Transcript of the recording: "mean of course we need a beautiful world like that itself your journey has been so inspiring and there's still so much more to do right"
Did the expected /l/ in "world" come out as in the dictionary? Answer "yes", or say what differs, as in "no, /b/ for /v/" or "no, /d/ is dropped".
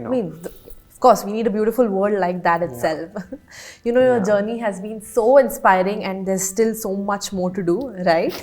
no, /l/ is dropped